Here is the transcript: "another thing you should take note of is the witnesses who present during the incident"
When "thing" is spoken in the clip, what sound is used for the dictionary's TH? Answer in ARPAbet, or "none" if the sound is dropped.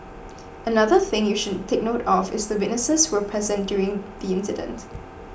TH